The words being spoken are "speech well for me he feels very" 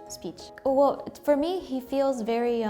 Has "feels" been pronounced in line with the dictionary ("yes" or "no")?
yes